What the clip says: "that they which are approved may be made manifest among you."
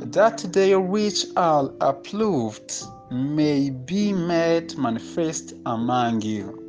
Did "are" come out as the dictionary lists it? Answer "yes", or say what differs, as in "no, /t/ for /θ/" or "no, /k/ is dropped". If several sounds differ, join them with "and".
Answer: no, /l/ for /ɹ/